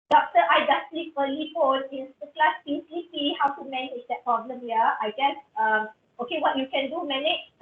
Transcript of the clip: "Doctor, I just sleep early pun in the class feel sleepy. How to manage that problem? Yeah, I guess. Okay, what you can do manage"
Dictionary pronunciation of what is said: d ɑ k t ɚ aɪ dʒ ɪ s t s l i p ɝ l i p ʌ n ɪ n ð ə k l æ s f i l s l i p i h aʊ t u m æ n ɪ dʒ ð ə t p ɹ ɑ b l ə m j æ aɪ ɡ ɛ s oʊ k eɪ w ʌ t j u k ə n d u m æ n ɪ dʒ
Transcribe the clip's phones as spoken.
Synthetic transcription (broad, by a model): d ɑ k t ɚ aɪ dʒ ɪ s s l i p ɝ l i f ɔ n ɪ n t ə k l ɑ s p i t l i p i h aʊ t u m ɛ n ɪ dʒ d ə t p ɹ ɑ b l ə m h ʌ aɪ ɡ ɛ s oʊ k eɪ w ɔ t j u k ə n d u m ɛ n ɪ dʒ